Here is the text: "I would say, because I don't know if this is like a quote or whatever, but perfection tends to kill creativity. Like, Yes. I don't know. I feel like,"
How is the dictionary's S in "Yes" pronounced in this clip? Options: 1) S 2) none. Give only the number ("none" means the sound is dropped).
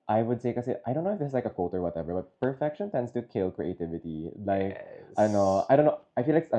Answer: 2